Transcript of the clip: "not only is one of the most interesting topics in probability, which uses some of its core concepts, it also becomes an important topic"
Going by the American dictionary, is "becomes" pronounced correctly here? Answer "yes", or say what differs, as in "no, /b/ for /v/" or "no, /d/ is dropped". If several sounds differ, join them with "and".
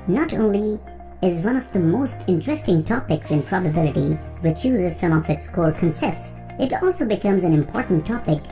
yes